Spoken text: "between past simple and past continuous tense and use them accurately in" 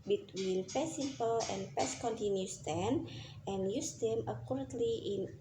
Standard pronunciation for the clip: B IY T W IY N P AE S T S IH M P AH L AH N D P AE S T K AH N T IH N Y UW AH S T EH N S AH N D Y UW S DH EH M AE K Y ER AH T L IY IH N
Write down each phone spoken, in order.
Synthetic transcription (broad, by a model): B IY T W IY N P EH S S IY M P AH L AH N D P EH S K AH N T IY N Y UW S T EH N AH N Y UW S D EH M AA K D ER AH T L IY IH N